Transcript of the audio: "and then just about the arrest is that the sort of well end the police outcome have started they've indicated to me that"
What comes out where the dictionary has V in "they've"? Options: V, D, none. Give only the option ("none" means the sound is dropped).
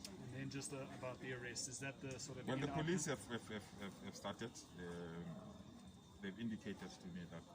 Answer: V